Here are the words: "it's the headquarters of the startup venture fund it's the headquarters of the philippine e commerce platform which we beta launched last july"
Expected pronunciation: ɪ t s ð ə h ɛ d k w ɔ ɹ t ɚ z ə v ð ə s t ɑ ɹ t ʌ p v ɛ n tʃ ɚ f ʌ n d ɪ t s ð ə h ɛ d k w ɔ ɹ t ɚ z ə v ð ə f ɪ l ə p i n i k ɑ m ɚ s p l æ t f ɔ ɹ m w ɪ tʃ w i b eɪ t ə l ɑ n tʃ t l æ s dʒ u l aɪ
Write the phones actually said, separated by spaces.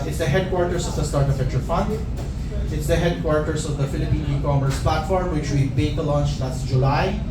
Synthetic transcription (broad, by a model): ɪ t s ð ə h ɛ d k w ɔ ɹ t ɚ s ə v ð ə s t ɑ ɹ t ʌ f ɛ tʃ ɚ f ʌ n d ɪ t s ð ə h ɛ d k w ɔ ɹ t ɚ s ə v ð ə f ɪ l ə p i n i k ɑ m ɚ s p l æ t f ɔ ɹ m w ɪ tʃ w i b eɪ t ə l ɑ n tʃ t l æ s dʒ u l aɪ